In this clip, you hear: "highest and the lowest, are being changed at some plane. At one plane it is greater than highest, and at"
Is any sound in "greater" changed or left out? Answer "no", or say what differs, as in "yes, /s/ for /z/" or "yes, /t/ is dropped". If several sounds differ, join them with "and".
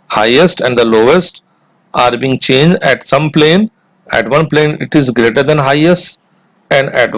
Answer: no